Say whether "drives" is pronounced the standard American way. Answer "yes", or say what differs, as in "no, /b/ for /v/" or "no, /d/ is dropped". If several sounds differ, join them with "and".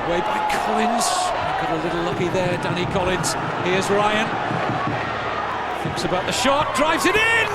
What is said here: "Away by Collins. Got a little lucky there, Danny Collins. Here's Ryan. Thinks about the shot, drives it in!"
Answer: yes